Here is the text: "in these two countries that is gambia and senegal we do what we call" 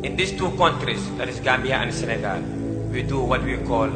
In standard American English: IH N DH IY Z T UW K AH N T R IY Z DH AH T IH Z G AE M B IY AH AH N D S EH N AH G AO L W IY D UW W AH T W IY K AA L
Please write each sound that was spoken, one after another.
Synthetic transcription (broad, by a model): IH N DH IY S T UW K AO N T R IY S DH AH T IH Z G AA M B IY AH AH N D S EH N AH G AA L W IY D UW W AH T W IY K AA L